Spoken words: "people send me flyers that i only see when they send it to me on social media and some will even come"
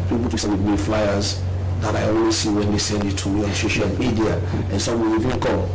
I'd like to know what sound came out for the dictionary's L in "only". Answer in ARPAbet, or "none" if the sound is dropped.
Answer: W